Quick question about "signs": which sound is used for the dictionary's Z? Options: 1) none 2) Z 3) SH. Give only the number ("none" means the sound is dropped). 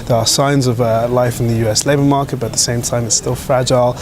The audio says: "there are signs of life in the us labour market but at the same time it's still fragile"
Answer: 2